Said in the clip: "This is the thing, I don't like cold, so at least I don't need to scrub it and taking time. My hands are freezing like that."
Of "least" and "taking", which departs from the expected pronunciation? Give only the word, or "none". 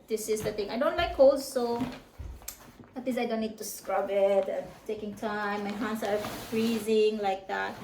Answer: least